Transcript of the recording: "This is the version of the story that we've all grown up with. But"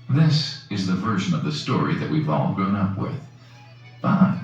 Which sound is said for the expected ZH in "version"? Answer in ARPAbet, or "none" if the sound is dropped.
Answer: ZH